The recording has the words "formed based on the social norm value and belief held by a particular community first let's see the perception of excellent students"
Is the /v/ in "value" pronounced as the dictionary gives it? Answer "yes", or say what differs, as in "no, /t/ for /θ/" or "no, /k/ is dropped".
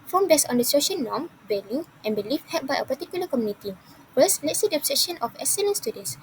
no, /b/ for /v/